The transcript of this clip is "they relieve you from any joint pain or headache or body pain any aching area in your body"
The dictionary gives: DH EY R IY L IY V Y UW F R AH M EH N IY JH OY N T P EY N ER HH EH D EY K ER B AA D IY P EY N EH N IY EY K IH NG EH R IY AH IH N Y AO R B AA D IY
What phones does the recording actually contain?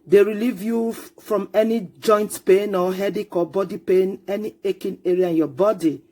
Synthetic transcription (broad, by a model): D EY R IY L IY V Y UW F R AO M EH N IY JH OY N T P EY N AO HH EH D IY K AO B AA D IY P EY N EH N IY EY K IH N EH R IY AH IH N Y AO B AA D IY